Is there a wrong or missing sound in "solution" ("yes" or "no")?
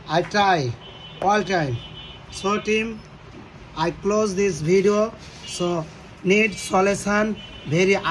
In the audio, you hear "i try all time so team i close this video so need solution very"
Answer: yes